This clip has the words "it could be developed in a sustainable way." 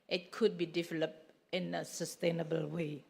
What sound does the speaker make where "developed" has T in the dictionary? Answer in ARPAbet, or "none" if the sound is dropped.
none